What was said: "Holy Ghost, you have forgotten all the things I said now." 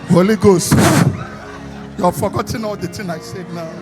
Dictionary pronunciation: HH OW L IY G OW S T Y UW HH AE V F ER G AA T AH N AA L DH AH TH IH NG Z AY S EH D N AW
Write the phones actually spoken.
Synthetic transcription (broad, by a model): HH OW L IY G OW S T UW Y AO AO F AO G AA T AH N AA L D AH T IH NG AY S EH D N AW